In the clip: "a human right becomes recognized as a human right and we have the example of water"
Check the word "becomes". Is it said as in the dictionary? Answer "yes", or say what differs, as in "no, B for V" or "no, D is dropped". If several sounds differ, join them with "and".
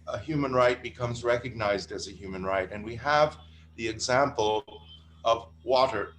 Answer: yes